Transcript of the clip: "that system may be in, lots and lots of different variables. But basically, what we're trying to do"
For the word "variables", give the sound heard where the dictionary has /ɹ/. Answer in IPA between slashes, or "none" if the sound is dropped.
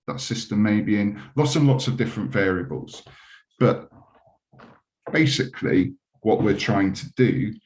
/ɹ/